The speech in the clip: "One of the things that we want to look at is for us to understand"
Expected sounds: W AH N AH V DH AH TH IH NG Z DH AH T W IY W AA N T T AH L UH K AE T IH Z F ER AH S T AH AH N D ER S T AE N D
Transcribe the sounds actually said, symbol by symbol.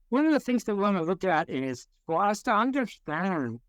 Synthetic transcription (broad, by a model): W AH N AH V DH AH TH IH NG Z DH AH T W IY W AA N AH L UH K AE T IH Z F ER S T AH AH N D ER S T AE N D